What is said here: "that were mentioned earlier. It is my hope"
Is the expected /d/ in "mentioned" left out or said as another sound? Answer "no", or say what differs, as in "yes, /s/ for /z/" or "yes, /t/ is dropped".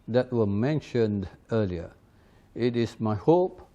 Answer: no